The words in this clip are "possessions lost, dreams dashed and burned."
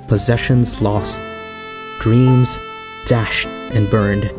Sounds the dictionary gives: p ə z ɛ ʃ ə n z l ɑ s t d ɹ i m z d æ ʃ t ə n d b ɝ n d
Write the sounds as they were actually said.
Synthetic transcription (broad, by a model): p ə z ɛ ʃ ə n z l ɑ s t d ɹ i m z d æ ʃ t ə n b ɝ n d